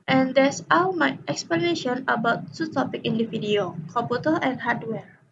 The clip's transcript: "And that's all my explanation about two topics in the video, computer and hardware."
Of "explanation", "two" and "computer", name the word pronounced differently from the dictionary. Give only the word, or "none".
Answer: computer